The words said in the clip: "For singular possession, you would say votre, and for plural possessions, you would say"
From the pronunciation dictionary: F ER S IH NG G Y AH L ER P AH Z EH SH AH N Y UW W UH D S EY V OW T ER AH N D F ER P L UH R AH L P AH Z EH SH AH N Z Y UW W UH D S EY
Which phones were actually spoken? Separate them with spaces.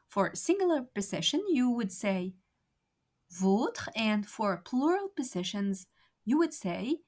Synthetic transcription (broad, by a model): F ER S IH NG G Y L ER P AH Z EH SH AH N Y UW W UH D S EY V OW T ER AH N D F ER P L UH R AH L P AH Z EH SH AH N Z Y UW W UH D S EY